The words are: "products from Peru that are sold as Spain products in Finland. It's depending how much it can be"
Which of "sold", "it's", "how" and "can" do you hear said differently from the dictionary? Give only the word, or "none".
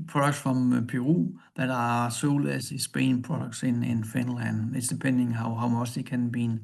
sold